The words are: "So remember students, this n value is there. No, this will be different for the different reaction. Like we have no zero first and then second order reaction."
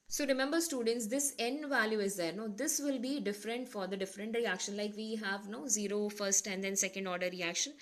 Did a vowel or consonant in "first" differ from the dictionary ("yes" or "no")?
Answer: no